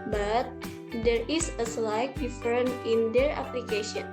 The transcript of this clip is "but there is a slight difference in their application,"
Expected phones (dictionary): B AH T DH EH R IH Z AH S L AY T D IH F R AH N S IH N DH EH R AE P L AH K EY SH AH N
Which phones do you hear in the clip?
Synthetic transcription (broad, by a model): B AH T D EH R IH S AH S L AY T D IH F R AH N IH N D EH R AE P L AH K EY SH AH N